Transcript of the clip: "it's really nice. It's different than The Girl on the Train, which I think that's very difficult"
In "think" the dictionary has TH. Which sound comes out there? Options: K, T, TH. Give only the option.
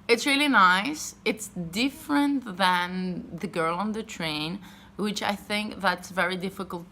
TH